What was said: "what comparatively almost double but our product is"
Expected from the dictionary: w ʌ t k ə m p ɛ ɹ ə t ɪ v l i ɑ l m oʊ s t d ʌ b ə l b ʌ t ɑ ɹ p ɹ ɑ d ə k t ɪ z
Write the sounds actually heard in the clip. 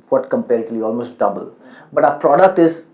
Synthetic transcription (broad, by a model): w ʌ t k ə m p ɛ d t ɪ l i ɑ l m oʊ s t d ʌ b ə l b ʌ t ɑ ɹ p ɹ ɑ d ə k t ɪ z